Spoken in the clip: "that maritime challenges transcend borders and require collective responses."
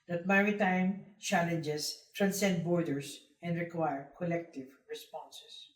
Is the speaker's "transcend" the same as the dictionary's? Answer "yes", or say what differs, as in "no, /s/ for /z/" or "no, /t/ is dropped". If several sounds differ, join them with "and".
yes